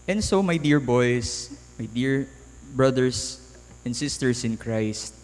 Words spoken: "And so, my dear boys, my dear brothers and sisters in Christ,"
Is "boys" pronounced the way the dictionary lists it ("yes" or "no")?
no